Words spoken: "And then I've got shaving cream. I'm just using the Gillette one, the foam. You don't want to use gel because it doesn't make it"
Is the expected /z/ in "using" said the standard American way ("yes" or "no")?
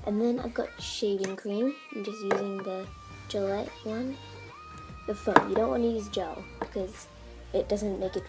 yes